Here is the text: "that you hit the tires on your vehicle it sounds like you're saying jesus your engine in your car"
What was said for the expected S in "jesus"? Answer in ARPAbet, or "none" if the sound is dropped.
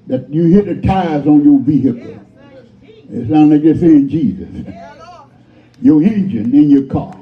S